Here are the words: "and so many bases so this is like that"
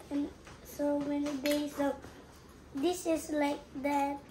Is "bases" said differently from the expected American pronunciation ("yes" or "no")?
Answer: yes